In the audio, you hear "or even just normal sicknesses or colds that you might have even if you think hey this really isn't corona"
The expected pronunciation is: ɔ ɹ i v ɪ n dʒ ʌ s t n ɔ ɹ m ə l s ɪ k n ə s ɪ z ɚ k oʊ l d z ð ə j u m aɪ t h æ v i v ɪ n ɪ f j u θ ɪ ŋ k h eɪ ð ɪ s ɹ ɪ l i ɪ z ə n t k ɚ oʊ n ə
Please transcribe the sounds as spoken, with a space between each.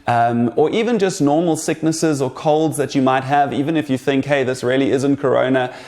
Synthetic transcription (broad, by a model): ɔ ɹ i v ɪ n dʒ ʌ s t n ɔ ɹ m ə l s ɪ k n ə s ɪ z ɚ k oʊ l d z ð ə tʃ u m aɪ t h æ v i v ɪ n ɪ f j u θ ɪ ŋ k h eɪ ð ɪ s ɹ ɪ l i ɪ z ə n t k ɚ oʊ n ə